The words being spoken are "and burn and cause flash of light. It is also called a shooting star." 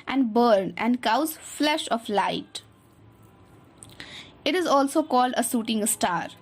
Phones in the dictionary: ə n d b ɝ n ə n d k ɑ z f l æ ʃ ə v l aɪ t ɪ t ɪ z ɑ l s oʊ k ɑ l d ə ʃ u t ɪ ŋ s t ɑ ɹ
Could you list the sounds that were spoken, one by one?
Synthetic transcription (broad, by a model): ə n d b ɝ n ə n d k ɑ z f l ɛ ʃ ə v l aɪ t ɪ t ɪ z ɑ l s oʊ k ɑ l d ə s u t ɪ ŋ s t ɑ ɹ